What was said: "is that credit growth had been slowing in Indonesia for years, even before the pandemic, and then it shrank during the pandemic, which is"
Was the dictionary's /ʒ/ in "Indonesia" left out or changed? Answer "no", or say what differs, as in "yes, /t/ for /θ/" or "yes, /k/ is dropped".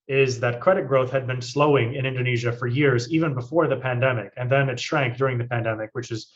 no